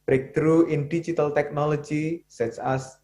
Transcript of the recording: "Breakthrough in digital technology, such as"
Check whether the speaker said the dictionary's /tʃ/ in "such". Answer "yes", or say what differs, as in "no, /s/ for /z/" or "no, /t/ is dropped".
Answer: no, /s/ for /tʃ/